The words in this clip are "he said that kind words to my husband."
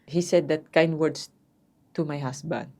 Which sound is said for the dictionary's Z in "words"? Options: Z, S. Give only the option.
S